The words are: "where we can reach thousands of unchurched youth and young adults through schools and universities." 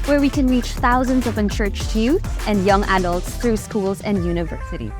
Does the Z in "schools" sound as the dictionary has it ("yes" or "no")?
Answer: yes